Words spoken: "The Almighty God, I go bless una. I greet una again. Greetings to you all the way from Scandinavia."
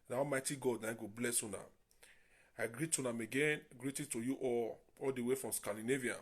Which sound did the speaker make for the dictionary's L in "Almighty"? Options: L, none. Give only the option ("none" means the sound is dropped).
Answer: none